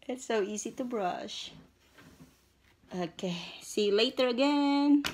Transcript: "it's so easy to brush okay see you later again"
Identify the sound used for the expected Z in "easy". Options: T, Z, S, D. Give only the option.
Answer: Z